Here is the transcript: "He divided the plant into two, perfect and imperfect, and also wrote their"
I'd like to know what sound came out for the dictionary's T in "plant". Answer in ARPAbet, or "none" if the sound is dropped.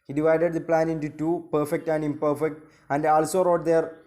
none